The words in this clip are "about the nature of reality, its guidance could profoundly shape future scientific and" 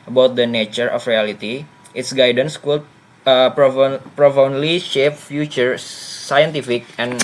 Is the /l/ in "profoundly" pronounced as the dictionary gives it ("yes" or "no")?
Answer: yes